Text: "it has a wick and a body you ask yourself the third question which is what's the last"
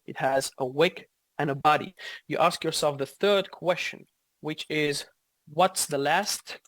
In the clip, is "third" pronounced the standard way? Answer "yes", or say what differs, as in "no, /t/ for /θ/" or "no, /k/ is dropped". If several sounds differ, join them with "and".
yes